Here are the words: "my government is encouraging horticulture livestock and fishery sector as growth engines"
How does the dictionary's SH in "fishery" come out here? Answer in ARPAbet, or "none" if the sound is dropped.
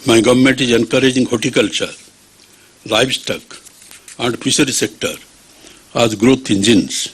S